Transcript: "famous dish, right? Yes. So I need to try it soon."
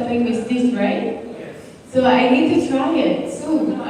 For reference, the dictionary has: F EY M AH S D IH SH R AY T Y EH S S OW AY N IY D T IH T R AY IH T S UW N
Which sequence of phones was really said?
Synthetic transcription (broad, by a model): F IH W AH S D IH S R AY T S S OW AY N IY D T IH T R AY IH T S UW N